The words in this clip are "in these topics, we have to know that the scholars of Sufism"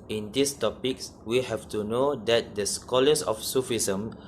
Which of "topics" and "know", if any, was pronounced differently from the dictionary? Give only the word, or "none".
none